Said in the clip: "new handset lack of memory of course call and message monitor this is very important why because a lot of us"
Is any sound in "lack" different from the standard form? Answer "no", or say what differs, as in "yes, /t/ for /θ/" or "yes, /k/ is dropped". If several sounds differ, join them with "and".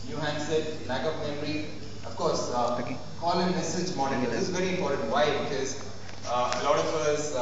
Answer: yes, /n/ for /l/